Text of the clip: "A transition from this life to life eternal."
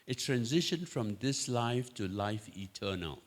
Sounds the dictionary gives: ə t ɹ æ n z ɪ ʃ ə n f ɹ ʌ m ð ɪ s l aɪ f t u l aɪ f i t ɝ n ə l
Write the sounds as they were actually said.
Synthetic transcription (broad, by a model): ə t ɹ æ n z ɪ ʃ ə n f ɹ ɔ m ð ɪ s l aɪ f t u l aɪ f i t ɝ n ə l